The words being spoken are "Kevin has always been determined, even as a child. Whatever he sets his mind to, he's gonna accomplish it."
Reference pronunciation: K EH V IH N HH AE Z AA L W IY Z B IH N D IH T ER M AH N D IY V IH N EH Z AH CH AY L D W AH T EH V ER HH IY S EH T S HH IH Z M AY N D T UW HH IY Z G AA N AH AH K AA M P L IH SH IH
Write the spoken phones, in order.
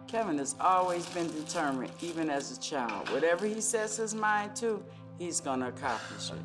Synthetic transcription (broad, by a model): K EH V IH N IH Z AA L W IY Z B IH N D IH T ER M AH N D IY V IH N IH Z AH CH AY L D W AH T EH V ER IY S EH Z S HH IH Z M AY N T UW IY Z G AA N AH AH K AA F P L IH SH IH